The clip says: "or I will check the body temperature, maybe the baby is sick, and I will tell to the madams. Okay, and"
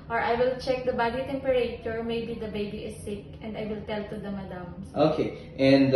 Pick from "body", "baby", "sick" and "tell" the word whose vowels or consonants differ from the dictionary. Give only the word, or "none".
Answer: none